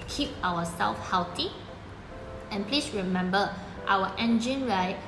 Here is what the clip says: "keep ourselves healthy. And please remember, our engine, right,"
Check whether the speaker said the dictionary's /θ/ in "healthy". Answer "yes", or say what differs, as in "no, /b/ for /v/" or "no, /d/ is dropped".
no, /t/ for /θ/